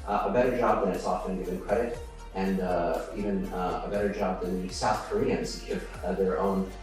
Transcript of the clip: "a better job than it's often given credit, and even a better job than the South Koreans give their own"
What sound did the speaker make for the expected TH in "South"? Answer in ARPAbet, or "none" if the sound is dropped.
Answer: TH